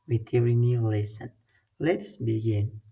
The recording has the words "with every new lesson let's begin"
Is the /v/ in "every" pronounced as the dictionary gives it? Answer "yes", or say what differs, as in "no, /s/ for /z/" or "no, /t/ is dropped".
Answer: no, /v/ is dropped